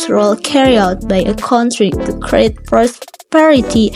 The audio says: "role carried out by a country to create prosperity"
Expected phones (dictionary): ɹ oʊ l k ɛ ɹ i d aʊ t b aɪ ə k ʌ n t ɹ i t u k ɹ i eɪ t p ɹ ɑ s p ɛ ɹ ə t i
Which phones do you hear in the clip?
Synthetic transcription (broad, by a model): ɹ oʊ l k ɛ ɹ i aʊ t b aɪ ə k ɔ n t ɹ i t u k ɹ i eɪ t p ɹ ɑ s p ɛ ɹ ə t i